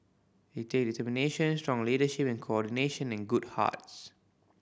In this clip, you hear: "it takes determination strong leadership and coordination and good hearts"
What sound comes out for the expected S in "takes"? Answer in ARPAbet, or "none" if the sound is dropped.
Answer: none